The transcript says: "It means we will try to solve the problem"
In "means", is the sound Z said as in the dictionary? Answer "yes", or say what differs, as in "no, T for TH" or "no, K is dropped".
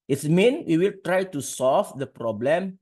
no, Z is dropped